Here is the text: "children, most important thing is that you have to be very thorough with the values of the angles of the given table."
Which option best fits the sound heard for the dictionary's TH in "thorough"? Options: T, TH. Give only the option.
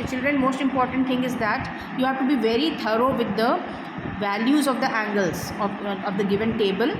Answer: T